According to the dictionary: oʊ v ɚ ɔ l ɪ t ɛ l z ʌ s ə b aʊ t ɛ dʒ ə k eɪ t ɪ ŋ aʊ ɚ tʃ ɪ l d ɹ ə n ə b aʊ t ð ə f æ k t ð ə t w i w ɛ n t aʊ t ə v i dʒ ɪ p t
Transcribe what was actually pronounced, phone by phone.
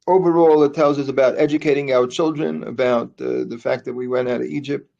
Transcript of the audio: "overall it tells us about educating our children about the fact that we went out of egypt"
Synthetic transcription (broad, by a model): oʊ v ɚ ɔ l ɪ t ɛ l z ʌ s ə b aʊ t ɛ dʒ ə k eɪ t ɪ ŋ aʊ ɚ tʃ ɪ l d ɹ ə n ə b aʊ t ð ə f æ k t ð ə t w i w ɛ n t aʊ t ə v i dʒ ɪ p t